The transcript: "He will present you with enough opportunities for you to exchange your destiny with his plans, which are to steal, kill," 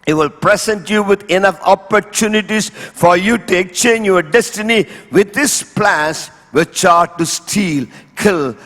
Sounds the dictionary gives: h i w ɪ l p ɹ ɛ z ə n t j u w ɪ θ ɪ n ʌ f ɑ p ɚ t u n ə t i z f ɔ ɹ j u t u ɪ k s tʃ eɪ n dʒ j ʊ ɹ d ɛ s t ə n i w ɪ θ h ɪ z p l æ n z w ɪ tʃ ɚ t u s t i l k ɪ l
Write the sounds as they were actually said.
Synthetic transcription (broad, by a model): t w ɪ l p ɹ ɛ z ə n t j u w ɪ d ɪ n ʌ f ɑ p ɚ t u n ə t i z f ɔ ɹ j u t u ɪ k s tʃ eɪ n dʒ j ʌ ɹ d ɛ s t ə n i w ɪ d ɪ s p l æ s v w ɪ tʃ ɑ t u s t i l k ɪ l